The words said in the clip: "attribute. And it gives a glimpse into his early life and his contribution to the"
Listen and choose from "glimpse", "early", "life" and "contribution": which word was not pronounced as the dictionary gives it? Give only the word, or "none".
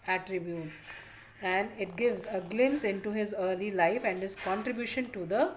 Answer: glimpse